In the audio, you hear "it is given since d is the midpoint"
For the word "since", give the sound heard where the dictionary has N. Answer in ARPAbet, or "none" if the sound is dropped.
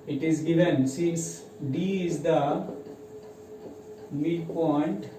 none